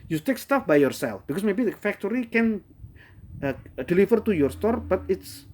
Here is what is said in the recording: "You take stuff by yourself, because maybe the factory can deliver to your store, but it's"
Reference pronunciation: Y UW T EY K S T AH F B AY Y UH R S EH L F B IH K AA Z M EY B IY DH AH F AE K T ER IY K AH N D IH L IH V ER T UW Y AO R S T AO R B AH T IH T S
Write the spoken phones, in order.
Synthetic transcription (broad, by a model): Y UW T EY K S T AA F B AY Y UH R S EH L F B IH K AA S M EY B IY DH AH F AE K T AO IY K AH N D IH L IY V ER T UW Y AO R S T AO R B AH T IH T S